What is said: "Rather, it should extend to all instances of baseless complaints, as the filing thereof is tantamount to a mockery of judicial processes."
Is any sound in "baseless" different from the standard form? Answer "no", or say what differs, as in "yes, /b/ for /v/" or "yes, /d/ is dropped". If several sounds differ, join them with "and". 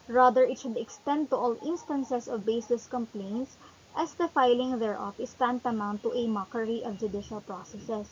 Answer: yes, /l/ is dropped